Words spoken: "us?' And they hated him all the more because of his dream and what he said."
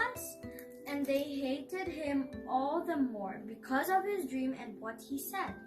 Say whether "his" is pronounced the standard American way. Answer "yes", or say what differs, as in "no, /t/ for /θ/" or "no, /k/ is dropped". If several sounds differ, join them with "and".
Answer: yes